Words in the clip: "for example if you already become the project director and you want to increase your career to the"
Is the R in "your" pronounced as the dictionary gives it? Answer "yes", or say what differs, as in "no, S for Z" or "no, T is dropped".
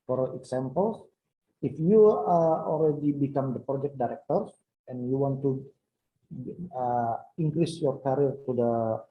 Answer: yes